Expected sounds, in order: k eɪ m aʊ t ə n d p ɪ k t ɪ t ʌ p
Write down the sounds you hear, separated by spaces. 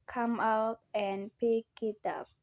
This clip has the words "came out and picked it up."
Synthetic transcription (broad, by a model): k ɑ m aʊ t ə n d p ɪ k ɪ t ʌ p